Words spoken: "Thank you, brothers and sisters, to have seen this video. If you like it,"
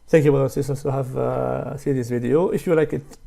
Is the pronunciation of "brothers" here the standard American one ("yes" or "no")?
no